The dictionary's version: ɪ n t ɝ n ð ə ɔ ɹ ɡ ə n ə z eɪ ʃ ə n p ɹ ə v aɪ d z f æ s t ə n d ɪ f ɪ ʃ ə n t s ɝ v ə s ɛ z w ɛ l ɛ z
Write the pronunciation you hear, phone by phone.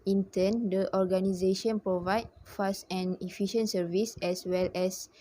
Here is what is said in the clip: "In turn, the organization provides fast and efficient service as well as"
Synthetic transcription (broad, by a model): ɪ n t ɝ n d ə ɔ ɹ ɡ ə n ə z eɪ ʃ ə n p ɹ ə v aɪ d f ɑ s t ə n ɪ f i ʃ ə n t s ɝ v ə s ɛ s w ɛ l ɛ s